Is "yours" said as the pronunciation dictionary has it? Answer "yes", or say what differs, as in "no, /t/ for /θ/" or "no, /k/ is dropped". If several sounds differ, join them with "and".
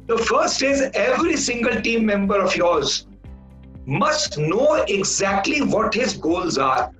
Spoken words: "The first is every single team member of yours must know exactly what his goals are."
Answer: yes